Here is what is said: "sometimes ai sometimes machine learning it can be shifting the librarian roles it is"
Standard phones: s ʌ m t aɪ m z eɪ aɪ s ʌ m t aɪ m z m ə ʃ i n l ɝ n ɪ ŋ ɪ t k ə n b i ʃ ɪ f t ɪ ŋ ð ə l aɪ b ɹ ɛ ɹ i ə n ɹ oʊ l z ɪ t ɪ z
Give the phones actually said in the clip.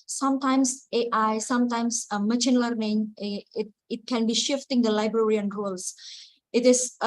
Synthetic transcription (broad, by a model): s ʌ m t aɪ m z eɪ aɪ s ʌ m t aɪ m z m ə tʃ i n l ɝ n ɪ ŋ ɪ t k ə n b i ʃ ɪ f t ɪ ŋ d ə l aɪ b ɹ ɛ ɹ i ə n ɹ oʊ l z ɪ t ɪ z